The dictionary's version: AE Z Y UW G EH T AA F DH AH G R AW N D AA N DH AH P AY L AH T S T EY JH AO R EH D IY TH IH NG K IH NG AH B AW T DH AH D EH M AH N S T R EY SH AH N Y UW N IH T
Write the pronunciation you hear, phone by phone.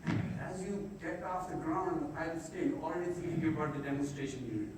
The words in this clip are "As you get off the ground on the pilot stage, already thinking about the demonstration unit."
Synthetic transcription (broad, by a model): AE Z Y UW G EH T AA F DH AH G R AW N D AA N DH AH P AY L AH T S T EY AO L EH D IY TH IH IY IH AH B AW T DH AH D EH M AH N S T R EY SH AH N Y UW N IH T